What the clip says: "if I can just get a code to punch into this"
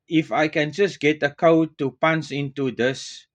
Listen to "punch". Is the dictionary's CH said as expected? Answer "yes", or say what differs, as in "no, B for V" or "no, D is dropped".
no, S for CH